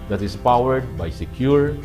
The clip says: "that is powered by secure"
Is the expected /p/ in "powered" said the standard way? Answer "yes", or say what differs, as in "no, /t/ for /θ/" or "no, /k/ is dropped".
yes